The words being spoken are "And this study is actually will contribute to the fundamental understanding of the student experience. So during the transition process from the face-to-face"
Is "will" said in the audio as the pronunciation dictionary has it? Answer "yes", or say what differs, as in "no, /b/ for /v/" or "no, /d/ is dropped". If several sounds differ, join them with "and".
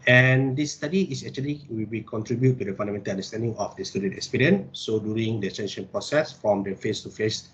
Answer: no, /w/ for /l/